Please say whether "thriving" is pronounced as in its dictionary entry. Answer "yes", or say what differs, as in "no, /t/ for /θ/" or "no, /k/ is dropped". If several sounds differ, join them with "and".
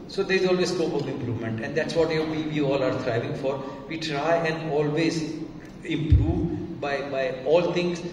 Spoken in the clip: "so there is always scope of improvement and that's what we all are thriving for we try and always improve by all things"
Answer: no, /t/ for /θ/